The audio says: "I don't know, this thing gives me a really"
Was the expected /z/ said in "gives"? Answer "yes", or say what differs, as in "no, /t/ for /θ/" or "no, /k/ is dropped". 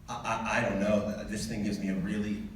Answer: yes